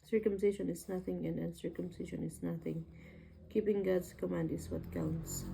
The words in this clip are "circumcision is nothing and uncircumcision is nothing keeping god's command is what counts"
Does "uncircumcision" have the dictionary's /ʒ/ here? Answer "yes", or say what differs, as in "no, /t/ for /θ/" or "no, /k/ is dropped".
no, /ʃ/ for /ʒ/